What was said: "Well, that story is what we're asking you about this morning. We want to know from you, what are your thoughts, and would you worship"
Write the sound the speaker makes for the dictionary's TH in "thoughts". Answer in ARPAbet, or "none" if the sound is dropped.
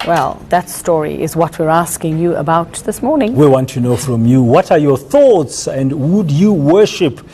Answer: TH